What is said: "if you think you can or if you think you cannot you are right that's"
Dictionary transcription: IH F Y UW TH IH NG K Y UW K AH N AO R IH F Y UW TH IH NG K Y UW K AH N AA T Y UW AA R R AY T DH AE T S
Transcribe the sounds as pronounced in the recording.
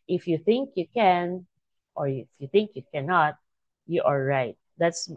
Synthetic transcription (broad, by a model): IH F Y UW TH IH NG K Y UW K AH N AO R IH F Y UW TH IH NG K Y UW K AH N AA T Y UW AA L R AY T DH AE T S